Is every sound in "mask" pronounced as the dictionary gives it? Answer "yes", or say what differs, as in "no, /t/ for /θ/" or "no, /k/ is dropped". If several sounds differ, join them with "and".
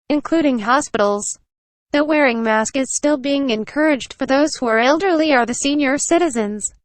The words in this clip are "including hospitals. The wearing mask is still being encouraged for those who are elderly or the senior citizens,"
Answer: yes